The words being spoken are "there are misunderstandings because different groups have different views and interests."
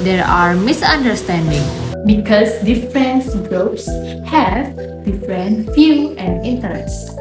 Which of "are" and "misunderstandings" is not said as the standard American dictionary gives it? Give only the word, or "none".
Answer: misunderstandings